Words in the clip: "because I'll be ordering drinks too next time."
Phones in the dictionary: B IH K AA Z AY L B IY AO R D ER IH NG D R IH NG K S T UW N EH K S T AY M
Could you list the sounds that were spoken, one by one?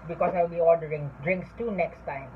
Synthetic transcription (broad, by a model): B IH K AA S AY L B IY AO L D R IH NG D R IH NG K S T UW N EH K S T AY M